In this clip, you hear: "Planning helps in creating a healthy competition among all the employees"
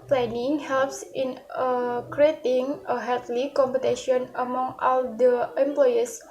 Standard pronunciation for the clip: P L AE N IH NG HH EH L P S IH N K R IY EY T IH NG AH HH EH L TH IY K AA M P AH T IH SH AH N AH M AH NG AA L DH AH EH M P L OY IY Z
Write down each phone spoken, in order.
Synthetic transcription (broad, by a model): P L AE N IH NG HH EH L P S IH N K R IY EY T IH NG AH HH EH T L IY K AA M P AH T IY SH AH N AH M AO NG AA L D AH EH M P L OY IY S